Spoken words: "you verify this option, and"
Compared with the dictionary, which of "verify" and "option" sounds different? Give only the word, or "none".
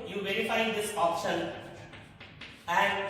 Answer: option